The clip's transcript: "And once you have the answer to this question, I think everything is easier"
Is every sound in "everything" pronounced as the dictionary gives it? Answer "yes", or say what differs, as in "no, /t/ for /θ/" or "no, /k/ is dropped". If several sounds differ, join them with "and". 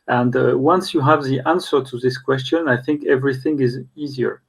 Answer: yes